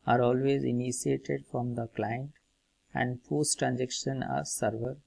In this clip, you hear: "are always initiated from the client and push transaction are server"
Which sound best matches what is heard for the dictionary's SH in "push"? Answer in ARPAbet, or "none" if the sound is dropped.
S